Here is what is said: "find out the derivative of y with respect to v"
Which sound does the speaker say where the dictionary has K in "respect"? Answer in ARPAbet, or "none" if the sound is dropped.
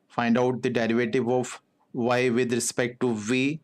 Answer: K